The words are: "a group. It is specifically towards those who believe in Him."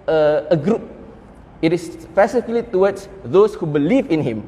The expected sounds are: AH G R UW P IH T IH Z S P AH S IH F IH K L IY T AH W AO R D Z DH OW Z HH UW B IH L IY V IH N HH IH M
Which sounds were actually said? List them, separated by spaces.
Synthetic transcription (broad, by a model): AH G R UW P IH T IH S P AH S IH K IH L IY T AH W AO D S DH OW S HH UW B IH L IY V IH N HH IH M